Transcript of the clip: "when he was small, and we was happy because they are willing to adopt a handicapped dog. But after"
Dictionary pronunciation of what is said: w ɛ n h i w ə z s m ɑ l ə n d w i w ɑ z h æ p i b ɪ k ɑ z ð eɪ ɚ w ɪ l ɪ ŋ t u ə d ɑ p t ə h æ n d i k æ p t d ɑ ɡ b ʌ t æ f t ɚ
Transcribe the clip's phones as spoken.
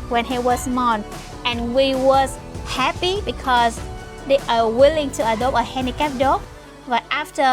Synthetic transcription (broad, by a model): w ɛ n h i w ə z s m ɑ n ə n w i w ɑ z h æ p i b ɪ k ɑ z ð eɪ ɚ w ɪ l ɪ ŋ t u ə d ɑ p t ə h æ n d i k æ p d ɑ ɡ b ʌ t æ f t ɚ